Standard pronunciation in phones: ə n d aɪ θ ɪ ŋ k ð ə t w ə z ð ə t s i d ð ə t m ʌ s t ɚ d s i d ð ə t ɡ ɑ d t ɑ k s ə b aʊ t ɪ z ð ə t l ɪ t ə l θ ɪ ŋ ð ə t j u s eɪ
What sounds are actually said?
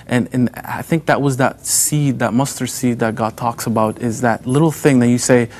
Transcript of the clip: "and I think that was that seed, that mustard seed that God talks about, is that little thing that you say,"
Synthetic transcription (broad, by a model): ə n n aɪ θ ɪ ŋ k ð ə t w ə z ð ə t s i d ð ə t m ʌ s t ɚ s i d ð ə t ɡ ɑ d t ɑ k s ə b aʊ t ɪ z ð ə t l ɪ t l θ ɪ ŋ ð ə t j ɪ s eɪ